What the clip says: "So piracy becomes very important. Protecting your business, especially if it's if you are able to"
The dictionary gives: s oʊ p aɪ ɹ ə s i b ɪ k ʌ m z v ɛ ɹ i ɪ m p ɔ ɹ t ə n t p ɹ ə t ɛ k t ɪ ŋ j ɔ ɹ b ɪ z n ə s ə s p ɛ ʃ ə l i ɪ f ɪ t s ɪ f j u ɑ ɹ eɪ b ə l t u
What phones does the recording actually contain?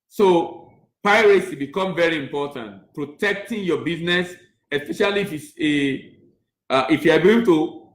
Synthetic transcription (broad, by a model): s oʊ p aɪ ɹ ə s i b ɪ k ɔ m v ɛ ɹ i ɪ m p ɔ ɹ t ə n t p ɹ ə t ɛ k t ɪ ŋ j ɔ b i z n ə s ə s p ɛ ʃ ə l i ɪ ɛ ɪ t ɪ f j u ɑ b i ə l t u